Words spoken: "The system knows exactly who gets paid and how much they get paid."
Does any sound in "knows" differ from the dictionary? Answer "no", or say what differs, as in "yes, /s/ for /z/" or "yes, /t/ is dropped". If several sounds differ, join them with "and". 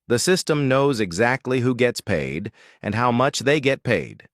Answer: no